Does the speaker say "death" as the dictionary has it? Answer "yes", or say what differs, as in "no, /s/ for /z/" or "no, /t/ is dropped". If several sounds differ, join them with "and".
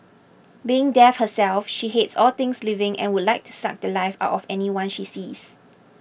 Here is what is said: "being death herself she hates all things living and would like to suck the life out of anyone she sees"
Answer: no, /f/ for /θ/